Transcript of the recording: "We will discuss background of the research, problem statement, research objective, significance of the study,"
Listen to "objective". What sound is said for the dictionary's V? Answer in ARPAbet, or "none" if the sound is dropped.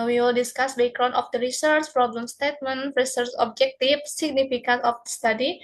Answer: F